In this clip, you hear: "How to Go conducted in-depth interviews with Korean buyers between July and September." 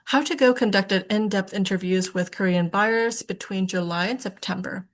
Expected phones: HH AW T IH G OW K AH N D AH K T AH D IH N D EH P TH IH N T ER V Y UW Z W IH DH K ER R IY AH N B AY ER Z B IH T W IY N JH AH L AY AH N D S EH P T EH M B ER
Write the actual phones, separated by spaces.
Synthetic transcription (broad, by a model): HH AW T IH G OW K AH N D AH K T AH D IH N D EH P TH IH N T ER V Y UW Z W IH DH K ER R IY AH N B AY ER S B IH T W IY N JH AH L AY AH N S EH P T EH M B ER